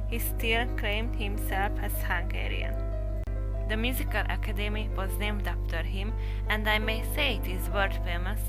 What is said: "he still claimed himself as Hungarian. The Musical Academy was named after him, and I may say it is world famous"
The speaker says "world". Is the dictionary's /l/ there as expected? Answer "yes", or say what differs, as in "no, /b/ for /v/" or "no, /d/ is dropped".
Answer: no, /l/ is dropped